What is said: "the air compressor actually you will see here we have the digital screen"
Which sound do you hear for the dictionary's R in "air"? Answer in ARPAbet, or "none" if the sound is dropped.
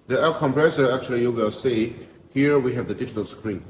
L